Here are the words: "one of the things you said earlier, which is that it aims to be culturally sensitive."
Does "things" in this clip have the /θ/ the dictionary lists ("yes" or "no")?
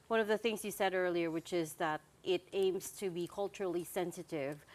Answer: yes